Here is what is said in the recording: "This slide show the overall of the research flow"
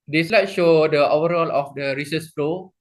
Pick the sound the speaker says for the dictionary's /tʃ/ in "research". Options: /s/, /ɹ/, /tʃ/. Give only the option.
/s/